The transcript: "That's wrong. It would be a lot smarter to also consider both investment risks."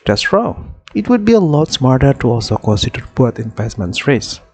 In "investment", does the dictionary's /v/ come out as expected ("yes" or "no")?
no